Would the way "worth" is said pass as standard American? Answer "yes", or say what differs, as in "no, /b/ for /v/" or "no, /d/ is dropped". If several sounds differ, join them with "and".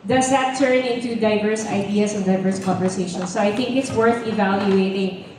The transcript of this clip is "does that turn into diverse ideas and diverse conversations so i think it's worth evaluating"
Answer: yes